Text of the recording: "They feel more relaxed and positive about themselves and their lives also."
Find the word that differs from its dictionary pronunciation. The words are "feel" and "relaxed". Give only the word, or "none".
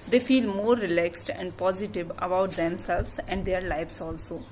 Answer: none